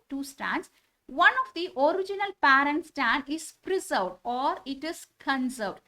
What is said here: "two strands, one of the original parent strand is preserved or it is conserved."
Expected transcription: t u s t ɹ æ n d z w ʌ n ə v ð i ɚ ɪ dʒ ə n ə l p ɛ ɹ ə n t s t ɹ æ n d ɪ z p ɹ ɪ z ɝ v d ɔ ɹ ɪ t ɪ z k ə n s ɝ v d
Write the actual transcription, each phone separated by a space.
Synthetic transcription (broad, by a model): t u s t ɹ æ n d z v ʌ n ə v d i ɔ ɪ dʒ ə n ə l p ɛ ɹ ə n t s t æ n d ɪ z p ɹ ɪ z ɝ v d ɔ ɹ ɪ t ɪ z k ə n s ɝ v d